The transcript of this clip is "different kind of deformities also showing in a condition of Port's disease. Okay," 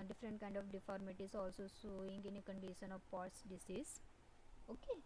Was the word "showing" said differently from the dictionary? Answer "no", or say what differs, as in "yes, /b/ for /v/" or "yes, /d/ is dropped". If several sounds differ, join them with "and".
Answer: yes, /s/ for /ʃ/